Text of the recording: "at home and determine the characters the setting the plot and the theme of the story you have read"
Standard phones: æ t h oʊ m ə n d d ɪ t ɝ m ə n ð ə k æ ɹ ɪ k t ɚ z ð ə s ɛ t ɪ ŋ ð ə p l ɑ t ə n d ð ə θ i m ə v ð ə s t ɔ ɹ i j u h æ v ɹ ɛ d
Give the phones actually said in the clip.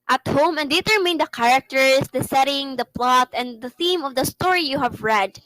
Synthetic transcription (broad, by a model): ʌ t h oʊ m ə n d d ɪ t ɝ m ə n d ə k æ ɹ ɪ k t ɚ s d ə s ɛ t ɪ ŋ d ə p l ɑ t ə n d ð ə θ i m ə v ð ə s t ɔ ɹ i j u h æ v ɹ ɛ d